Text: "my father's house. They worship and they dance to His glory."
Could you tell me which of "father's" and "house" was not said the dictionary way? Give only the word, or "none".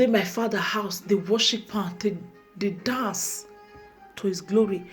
father's